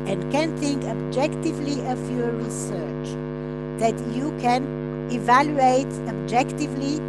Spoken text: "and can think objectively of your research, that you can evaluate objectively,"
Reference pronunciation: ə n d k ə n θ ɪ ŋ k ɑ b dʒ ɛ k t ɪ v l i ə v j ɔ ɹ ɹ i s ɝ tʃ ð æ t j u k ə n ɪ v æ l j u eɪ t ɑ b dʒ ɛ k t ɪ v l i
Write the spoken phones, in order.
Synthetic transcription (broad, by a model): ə n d k ə n θ ɪ ŋ k ɑ b dʒ ɛ k t ɪ v l i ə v j ɔ ɹ ɹ i s ɝ tʃ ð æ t j u k ə n ɪ v æ l j u eɪ t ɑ b dʒ ɛ k t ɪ v l i